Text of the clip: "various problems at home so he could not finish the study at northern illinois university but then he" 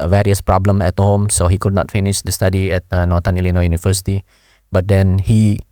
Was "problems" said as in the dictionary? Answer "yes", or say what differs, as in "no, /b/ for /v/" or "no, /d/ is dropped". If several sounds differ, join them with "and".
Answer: no, /z/ is dropped